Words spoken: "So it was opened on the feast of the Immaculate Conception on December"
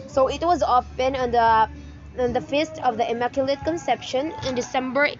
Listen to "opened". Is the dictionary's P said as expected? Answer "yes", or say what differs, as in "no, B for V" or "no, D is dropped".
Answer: no, F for P